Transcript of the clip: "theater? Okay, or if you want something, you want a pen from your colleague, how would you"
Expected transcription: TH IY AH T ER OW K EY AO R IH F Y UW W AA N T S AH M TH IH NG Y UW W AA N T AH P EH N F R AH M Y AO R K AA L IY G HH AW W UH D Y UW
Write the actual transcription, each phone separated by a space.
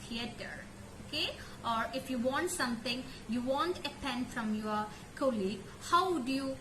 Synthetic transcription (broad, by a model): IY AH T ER OW K EY AO R IH F Y UW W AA N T S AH M T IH NG Y UW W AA N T AH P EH N F R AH M Y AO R K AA L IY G HH AW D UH Y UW